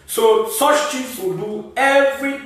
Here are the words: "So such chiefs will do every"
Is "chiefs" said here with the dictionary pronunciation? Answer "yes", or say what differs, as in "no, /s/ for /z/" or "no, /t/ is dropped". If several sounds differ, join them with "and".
no, /f/ is dropped